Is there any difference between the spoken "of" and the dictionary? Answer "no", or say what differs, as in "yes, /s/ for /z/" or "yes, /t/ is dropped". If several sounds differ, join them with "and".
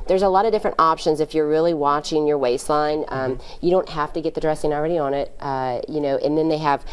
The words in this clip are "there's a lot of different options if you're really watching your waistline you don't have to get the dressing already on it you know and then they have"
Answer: no